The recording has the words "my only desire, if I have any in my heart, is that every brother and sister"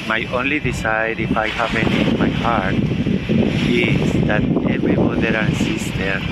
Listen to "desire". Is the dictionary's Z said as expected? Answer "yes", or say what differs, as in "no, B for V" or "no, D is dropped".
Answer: no, S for Z